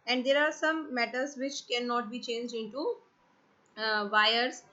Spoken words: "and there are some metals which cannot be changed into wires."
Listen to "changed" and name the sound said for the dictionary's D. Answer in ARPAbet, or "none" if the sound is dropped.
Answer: D